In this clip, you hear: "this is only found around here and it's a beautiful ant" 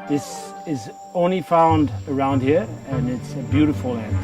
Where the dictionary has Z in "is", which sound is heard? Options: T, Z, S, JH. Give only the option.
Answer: Z